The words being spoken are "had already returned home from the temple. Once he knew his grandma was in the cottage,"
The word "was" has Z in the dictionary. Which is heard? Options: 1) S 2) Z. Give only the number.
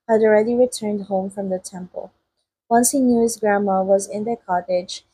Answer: 2